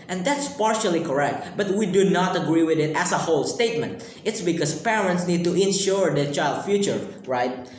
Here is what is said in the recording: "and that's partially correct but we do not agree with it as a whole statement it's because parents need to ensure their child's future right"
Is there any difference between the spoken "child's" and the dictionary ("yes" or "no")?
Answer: yes